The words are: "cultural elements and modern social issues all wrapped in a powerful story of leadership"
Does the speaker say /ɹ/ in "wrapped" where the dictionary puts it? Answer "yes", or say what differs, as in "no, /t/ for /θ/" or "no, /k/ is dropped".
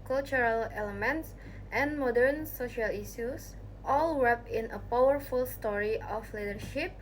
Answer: no, /w/ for /ɹ/